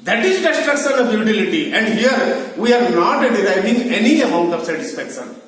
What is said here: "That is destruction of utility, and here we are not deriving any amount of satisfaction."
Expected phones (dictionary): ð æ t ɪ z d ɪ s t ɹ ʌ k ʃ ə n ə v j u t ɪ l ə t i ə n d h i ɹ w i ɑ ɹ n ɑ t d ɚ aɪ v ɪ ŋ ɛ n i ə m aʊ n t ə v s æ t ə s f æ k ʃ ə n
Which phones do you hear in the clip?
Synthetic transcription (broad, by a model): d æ t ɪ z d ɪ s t ʌ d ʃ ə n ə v j u t ɪ l ə t i ə n d h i ɹ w i ɑ ɹ n ɑ t d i aɪ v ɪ ŋ ɛ n i ə m aʊ n t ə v s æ t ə s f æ k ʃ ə n